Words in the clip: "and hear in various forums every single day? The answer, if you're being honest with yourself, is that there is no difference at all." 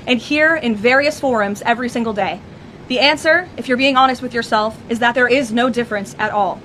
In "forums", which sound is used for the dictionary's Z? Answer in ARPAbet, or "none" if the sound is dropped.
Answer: Z